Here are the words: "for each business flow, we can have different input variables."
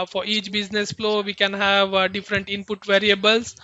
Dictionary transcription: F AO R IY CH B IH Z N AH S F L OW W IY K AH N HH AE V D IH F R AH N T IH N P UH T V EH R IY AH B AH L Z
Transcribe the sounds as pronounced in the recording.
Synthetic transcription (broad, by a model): F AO R IY CH B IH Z N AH S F L OW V IY K AH N HH AE V D IH F R AH N T IH N P UH T V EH R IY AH B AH L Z